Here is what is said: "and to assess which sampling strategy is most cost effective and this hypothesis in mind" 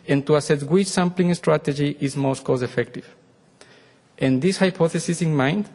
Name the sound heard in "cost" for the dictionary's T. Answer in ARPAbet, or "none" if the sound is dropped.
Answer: none